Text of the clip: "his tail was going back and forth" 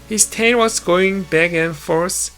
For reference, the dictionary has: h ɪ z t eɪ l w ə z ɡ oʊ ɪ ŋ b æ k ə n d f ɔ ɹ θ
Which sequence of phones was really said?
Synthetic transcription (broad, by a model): h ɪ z t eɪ n w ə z ɡ oʊ ɪ ŋ b æ k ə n f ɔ ɹ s